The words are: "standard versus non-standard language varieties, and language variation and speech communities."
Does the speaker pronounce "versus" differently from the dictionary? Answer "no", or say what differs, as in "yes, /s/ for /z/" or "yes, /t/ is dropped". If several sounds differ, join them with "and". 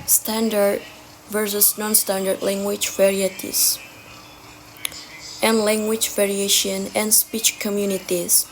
no